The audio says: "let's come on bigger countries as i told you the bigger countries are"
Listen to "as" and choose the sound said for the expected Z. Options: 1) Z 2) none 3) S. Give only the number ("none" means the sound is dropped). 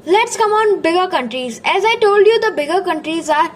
1